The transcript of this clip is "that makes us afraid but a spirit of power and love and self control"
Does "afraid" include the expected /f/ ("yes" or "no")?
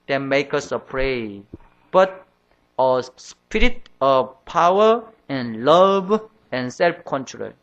no